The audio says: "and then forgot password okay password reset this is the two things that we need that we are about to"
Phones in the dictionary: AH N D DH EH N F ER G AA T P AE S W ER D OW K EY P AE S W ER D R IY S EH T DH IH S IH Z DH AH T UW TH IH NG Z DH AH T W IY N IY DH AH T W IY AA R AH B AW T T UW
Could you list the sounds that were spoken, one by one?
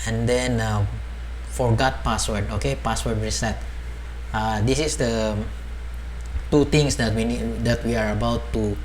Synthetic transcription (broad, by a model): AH N D EH N F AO G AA T P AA S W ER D OW K EY P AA S W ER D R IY S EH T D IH S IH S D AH T UW T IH NG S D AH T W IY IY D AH T W IY AA R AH B AW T T UW